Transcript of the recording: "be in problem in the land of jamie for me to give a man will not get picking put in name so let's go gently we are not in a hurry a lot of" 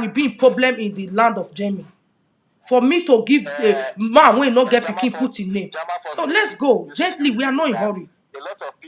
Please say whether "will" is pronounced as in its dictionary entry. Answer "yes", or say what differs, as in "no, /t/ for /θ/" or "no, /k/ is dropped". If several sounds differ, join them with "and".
no, /n/ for /l/